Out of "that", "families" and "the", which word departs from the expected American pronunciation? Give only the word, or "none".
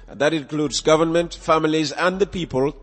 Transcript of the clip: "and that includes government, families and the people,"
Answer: none